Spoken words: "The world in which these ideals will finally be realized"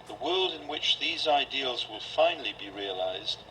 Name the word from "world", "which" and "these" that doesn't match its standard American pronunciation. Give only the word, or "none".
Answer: none